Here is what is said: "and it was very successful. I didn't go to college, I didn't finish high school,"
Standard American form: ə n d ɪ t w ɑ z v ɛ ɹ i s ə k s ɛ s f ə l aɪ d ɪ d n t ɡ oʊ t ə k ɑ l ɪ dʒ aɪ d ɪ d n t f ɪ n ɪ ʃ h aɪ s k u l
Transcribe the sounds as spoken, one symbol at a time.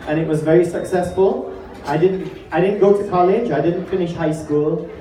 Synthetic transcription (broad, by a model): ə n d ɪ t w ɑ z v ɛ ɹ i s ə k s ɛ s f ə l aɪ d ɪ d n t ɡ oʊ t ə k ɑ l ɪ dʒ aɪ d ɪ d n t f ɪ n ɪ ʃ h aɪ s k u l